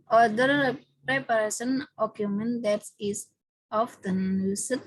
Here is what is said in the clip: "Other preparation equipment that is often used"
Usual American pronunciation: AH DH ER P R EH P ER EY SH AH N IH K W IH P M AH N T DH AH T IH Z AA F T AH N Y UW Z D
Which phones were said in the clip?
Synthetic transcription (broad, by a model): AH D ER P R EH P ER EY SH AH N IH K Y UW M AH N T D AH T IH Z AA F T AH N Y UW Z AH